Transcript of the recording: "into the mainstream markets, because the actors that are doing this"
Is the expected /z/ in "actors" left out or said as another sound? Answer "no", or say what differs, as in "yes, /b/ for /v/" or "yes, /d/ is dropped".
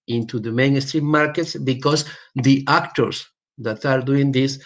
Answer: yes, /s/ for /z/